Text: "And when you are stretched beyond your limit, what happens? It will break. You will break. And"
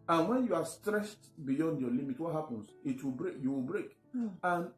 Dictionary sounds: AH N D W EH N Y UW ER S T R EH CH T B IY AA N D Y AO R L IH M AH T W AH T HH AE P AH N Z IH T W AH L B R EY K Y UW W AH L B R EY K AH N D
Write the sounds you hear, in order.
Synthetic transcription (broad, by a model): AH N W EH N Y UW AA S T R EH SH T B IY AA N D Y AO L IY M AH T W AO T HH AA P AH N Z IH T W AH L B R EY K Y UW W AH L B R EY K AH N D